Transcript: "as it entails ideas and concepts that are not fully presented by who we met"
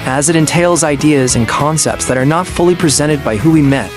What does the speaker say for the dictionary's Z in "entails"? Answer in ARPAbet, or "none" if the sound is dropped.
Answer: Z